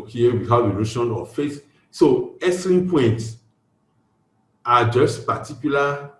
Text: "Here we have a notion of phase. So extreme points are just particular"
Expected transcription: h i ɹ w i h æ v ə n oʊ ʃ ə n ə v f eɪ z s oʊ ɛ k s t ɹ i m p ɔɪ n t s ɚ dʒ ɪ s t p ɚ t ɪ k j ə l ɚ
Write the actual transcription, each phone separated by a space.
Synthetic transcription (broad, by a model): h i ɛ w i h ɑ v ə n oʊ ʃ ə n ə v f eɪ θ s oʊ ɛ s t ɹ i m p ɔɪ n t s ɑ dʒ ɪ s t p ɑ t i k j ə l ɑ